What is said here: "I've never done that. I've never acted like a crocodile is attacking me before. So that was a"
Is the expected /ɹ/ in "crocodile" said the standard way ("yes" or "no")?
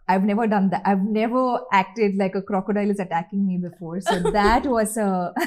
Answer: yes